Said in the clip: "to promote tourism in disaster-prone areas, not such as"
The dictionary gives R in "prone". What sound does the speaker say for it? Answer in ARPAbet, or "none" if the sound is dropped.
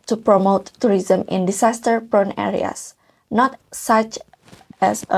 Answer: R